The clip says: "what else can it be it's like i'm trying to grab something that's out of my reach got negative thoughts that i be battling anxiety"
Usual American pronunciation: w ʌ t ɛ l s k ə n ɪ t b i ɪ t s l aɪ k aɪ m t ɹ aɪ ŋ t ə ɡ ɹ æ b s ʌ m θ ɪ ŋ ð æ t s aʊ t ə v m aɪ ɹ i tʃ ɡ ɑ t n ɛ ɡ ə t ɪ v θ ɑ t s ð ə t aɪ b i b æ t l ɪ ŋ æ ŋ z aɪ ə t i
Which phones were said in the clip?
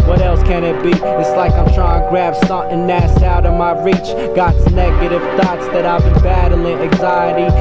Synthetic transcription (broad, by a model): w ʌ t ɛ l s k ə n ɪ t b i ɪ t s l aɪ k aɪ m t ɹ aɪ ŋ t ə ɡ ɹ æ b s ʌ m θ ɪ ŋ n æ s aʊ t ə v m aɪ ɹ i tʃ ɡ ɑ t n ɛ ɡ ə t ɪ v θ ɑ t s ð ə t aɪ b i b æ t l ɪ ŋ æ ŋ z aɪ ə t i